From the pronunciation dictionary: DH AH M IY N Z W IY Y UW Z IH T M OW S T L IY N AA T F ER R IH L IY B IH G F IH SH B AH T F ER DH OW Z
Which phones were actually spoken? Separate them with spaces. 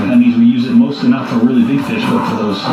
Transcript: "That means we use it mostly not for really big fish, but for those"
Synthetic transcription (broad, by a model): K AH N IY Z W IY Y UW Z IH T M OW S T L IY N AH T F ER R IH L IY B IH G F IH SH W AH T F ER DH OW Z